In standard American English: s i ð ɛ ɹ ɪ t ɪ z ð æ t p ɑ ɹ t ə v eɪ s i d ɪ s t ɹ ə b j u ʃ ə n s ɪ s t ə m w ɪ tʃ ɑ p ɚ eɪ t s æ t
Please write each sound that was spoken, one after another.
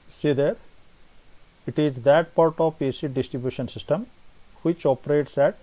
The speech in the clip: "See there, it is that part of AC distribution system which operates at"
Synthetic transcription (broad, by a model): s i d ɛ ɹ ɪ t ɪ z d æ t p ɑ ɹ t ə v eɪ s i d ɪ s t ɹ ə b j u ʃ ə n s ɪ s t ə m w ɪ tʃ ɑ p ɚ eɪ t s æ t